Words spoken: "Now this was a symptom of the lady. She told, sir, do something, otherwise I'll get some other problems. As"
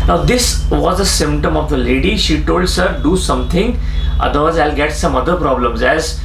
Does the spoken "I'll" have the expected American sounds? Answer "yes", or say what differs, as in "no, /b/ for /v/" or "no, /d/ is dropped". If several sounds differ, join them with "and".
yes